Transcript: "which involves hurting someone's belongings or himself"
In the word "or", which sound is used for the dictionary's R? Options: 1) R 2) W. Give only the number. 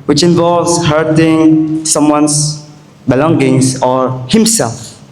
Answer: 1